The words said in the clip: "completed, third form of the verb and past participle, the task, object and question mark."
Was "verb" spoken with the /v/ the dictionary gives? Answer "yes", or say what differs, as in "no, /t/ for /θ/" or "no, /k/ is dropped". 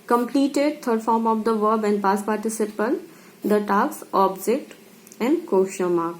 yes